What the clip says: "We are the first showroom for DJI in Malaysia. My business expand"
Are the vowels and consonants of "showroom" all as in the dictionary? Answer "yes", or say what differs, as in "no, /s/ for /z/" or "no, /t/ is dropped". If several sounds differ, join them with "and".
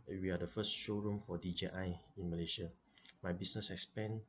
yes